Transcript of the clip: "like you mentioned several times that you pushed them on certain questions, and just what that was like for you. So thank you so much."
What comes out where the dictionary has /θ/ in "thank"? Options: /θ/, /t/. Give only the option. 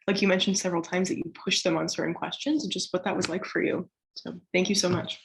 /θ/